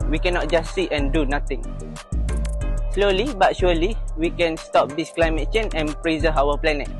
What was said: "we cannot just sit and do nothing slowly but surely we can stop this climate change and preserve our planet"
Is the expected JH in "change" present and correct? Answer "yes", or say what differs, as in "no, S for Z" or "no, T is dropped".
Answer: no, JH is dropped